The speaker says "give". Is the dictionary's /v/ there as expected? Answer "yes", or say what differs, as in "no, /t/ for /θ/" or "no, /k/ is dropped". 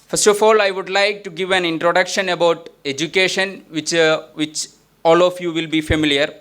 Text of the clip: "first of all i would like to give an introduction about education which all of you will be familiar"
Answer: yes